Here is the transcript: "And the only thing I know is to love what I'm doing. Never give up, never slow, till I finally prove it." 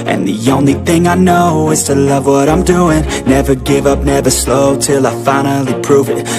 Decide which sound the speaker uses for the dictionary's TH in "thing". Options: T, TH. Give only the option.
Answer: TH